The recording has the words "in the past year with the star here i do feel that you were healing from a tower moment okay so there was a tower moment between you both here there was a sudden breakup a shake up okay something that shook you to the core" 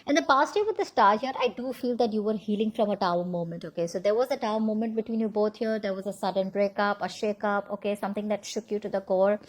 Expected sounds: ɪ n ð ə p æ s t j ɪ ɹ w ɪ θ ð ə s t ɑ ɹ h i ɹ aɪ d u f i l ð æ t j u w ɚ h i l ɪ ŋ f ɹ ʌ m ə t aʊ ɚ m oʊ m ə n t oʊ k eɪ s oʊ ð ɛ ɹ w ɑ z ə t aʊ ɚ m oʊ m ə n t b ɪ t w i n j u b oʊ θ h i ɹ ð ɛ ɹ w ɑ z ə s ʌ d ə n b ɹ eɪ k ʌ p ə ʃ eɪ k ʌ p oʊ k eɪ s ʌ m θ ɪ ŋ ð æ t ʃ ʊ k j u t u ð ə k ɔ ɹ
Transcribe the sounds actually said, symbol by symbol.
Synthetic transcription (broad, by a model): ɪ n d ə p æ s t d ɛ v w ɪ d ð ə s t ɑ ɹ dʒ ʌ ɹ aɪ d u f i l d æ t j u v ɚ h i l ɪ ŋ f ɹ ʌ m ə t aʊ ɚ m oʊ m ə n t oʊ k eɪ s oʊ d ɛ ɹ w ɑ z ə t aʊ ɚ m oʊ m ə n t b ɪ t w i n j u b oʊ t h i ɹ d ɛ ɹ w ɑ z ə s ʌ d ə n b ɹ eɪ k ʌ p ə ʃ eɪ k ʌ p oʊ k eɪ s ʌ m t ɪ ŋ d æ t ʃ ʊ k j u t u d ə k ɔ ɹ